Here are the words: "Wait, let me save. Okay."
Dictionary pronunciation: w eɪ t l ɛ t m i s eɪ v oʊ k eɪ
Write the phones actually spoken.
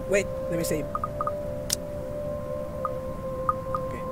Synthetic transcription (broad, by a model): w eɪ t l ɛ t m i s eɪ oʊ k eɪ